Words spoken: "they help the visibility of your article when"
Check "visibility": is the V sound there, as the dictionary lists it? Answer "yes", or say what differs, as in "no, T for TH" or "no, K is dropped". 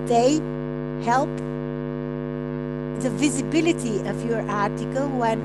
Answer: yes